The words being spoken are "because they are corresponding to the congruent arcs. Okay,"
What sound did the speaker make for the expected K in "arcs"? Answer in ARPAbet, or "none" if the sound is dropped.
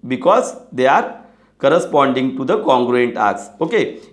none